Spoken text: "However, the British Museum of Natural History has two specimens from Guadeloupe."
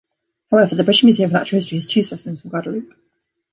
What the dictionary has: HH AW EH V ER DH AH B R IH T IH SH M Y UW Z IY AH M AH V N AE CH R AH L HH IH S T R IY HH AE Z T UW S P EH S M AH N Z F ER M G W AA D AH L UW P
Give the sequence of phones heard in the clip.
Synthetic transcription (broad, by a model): HH AW EH V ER DH AH B R IH T IH SH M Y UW Z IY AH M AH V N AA CH AH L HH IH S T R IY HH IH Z T UW S EH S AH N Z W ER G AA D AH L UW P